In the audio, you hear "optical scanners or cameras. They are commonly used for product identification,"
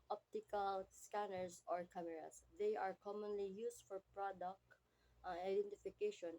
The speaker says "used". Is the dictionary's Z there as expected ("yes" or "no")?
no